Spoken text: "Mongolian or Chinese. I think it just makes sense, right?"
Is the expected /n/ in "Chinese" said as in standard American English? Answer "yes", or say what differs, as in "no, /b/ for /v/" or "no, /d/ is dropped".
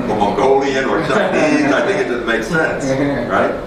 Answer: no, /n/ is dropped